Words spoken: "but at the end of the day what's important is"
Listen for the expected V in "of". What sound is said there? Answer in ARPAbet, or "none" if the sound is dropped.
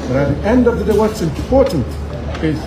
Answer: V